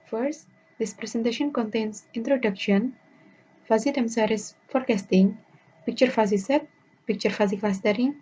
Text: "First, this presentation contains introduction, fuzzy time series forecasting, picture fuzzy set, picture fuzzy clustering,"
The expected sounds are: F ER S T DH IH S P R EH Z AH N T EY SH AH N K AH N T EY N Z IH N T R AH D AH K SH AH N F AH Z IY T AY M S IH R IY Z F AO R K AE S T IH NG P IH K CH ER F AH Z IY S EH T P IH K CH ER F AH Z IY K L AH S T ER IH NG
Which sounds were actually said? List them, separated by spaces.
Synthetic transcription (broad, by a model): F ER S T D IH S P R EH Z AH N T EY SH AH N K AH N T EY N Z IH N T R AH D AH K SH AH N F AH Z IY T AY M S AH R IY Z F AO R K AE S T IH NG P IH K CH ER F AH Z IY S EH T P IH K CH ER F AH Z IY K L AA S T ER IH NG